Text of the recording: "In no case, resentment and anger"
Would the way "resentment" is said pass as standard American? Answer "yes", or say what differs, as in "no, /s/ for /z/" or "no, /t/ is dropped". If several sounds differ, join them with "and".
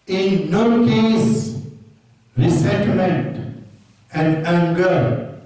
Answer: no, /s/ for /z/